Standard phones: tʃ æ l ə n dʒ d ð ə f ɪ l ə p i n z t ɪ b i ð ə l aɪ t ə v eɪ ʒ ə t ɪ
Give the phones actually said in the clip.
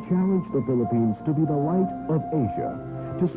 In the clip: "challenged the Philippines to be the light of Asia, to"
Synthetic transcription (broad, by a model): tʃ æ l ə n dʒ ð ə f ɪ l ə p i n z t ɪ b i ð ə l aɪ t ə v eɪ ʒ ə t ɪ